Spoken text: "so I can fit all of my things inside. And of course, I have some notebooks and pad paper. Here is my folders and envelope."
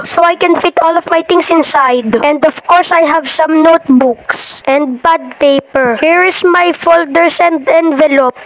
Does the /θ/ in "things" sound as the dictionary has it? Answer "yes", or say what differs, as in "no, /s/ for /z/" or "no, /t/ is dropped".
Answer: no, /t/ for /θ/